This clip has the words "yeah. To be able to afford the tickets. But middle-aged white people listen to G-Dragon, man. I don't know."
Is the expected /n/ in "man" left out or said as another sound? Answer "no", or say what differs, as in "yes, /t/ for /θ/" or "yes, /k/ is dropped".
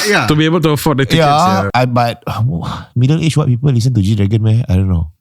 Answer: yes, /n/ is dropped